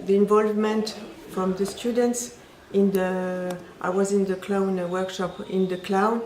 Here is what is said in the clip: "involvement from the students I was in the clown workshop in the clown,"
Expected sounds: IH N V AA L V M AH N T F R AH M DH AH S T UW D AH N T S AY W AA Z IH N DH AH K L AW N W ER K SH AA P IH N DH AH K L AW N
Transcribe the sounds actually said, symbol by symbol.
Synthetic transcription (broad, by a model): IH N V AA L V M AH N T F R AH M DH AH S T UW D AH N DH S AY W AA Z IH N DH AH K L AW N W ER K SH AA P IH N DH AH K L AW